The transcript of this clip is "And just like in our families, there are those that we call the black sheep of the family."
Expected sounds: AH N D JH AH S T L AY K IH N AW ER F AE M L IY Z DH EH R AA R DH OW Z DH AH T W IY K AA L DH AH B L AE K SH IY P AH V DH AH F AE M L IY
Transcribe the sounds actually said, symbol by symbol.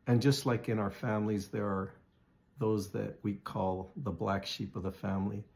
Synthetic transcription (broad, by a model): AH N JH AH S T L AY K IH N AW ER F AE M L IY Z DH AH R R DH OW Z DH AH T W IY K AA L DH AH B L AE K SH IY P AH V DH AH F AE M L IY